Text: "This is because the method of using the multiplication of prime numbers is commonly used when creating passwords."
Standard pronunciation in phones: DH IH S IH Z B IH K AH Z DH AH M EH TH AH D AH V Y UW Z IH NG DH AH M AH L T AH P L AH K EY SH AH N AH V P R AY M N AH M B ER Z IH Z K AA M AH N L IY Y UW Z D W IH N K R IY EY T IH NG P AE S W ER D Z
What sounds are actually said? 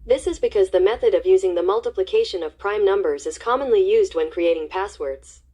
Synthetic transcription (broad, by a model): DH IH S IH Z B IH K AH Z DH AH M EH TH AH D AH V Y UW Z IH NG DH AH M AH L T AH P L AH K EY SH AH N AH V P R AY M N AH M B ER Z IH Z K AA M AH N L IY Y UW Z D W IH N K R IY EY T IH NG P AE S W ER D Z